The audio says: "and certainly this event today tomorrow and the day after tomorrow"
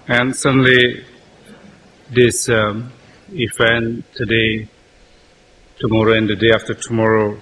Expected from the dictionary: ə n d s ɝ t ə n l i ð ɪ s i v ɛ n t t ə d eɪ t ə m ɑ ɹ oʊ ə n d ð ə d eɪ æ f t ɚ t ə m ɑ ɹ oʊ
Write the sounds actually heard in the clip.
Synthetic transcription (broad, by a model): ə n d s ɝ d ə n l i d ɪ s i f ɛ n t t ə d eɪ t ə m ɑ ɹ oʊ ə n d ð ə d eɪ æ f t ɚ t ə m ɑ ɹ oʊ